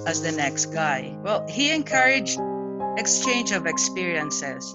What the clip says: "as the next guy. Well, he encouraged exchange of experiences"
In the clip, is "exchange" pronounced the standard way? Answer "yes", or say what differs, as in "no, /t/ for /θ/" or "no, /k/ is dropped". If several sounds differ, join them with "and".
yes